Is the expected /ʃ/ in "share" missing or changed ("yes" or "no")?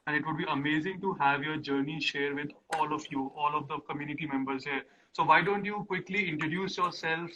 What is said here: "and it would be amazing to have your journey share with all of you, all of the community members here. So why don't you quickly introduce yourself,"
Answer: no